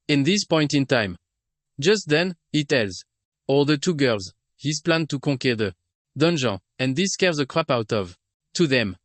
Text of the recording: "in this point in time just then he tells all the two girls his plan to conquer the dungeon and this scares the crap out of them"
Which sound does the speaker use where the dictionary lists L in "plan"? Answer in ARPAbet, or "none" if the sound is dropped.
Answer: L